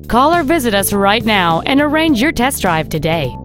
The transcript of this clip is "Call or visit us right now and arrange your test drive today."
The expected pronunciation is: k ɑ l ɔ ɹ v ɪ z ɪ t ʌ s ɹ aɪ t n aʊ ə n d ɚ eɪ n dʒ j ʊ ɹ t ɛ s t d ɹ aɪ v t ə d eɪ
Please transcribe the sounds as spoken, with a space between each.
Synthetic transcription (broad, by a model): k ɑ l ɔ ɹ v ɪ z ɪ t ʌ s ɹ aɪ t n aʊ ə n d ɚ eɪ n dʒ j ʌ ɹ t ɛ s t d ɹ aɪ v t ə d eɪ